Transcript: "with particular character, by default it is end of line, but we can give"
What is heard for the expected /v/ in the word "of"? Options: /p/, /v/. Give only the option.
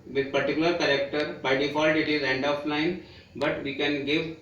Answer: /p/